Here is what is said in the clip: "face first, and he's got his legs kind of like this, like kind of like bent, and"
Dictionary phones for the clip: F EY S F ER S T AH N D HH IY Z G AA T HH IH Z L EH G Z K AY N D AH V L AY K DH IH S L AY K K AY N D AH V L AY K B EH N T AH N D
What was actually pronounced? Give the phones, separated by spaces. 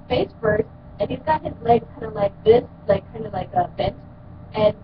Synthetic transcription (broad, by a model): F EY S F ER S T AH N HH IY Z G AA T HH IH Z L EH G K AY N D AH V L AY K DH IH S L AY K K AY N D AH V L AY K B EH N T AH N